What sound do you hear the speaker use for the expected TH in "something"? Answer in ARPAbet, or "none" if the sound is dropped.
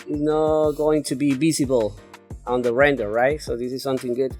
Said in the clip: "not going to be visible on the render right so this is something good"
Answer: TH